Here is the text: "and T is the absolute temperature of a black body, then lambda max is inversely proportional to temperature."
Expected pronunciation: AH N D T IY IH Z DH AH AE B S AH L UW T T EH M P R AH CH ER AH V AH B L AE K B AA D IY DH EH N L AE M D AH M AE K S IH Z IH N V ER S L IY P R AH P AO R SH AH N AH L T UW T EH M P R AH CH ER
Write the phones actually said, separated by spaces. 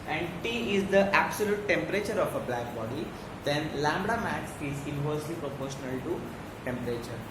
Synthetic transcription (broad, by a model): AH N D T IY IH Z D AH AE B S AH L UW T T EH M P R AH CH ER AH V AH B L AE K B AA D IY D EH N L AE M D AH M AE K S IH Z IH N V ER S L IY P R AH P AO R SH AH N AH L T UW T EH M P R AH CH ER